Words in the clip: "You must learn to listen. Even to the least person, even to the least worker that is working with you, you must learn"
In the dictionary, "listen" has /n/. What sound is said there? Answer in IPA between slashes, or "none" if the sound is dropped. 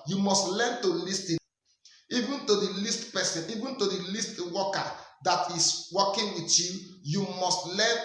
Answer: none